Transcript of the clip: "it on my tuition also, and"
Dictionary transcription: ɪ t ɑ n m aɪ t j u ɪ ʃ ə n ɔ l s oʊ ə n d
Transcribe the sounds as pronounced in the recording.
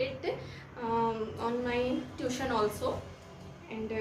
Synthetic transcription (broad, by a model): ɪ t ɑ n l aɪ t j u ʃ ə n ɔ l s oʊ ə n d